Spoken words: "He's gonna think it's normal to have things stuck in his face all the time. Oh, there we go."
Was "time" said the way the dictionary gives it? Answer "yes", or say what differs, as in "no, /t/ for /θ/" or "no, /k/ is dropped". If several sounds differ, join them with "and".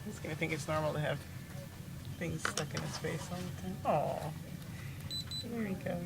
no, /m/ is dropped